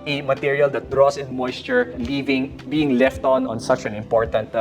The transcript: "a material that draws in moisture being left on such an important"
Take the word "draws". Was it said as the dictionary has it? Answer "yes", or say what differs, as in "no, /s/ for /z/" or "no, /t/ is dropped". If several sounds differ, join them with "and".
no, /s/ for /z/